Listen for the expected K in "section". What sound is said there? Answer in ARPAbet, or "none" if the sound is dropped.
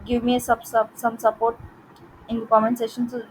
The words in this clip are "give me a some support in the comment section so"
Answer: none